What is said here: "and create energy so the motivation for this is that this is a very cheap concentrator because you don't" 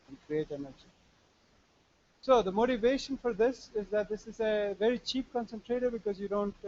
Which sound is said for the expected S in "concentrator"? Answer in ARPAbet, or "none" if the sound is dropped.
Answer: S